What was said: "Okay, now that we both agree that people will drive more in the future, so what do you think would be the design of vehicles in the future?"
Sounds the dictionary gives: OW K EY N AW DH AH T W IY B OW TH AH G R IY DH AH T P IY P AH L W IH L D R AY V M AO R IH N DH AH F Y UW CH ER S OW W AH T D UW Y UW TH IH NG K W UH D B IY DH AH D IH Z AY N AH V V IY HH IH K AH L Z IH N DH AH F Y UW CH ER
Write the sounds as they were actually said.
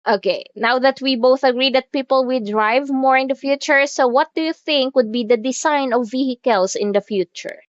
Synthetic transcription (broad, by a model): OW K EY N AW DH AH T W IY B OW TH AH G R IY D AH T P IY P AH L W IH L D R AY V M AO R IH N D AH F Y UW CH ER S OW W AH T D UW Y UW TH IH NG K W UH D B IY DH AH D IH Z AY N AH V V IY HH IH K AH L S IH N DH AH F Y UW CH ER